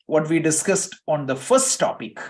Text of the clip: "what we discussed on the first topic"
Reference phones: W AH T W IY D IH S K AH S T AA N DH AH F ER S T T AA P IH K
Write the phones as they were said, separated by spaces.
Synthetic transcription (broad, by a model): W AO T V IY D IH S K AH S T AA N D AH F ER S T T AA P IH K